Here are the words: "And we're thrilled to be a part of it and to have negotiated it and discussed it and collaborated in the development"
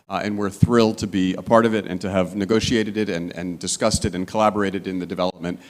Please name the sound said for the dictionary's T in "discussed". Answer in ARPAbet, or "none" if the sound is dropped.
T